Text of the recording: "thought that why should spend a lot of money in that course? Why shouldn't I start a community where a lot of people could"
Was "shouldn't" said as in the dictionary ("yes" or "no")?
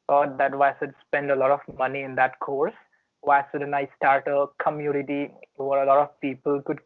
no